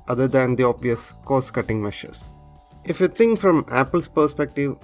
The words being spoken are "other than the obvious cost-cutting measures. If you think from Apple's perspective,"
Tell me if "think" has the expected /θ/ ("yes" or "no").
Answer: no